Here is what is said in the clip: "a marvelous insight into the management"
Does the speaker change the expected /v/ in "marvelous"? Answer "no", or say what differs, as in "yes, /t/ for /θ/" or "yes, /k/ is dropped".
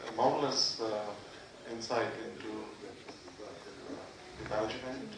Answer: yes, /v/ is dropped